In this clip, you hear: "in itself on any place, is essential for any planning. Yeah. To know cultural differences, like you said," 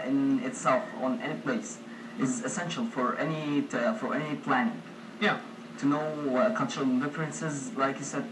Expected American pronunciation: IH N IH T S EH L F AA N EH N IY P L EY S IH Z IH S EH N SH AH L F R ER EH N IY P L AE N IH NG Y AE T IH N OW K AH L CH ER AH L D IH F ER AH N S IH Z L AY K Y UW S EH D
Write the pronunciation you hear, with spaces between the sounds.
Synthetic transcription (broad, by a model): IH N IH T S EH L F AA N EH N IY P L EY S IH Z IH S EH N SH AH L F R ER EH N IY P L AE N IH NG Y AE T IH N OW K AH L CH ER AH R D IH F ER AH N S IH Z L AY K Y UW S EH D